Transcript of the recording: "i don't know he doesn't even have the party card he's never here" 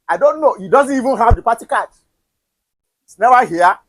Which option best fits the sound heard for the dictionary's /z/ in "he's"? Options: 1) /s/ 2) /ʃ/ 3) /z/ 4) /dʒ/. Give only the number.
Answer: 1